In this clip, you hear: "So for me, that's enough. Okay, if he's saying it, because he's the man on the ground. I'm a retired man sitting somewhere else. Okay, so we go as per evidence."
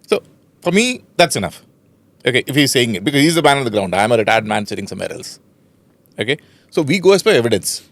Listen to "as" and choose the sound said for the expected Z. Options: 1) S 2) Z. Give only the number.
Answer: 1